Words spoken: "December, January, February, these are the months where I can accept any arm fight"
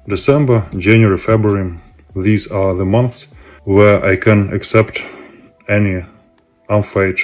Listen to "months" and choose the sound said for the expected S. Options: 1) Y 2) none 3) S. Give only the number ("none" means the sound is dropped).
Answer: 3